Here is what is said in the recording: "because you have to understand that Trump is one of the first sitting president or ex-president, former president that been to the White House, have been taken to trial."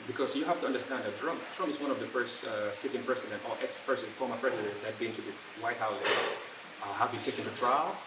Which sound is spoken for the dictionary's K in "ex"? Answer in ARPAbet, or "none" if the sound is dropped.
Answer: K